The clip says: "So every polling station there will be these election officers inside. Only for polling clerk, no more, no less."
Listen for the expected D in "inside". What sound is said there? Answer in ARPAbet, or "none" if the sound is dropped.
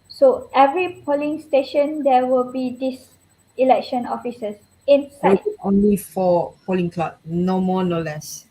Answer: none